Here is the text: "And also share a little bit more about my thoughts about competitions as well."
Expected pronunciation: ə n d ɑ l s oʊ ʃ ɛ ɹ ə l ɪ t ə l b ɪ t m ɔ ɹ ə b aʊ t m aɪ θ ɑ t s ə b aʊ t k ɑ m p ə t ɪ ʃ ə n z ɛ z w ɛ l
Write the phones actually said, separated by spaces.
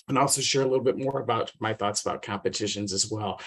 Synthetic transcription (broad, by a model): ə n ɑ l s oʊ ʃ ɛ ɹ ə l ɪ t l b ɪ t m ɔ ɹ ə b aʊ t m aɪ θ ɑ t s ə b aʊ t k ɑ m p ə t ɪ ʃ ə n z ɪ z w ɛ l